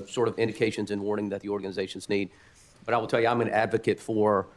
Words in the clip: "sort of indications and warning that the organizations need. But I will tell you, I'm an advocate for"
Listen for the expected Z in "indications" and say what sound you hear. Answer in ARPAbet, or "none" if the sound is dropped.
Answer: Z